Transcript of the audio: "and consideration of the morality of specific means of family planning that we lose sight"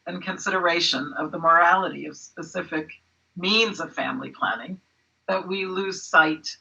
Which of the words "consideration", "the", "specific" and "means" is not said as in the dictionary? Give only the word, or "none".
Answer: none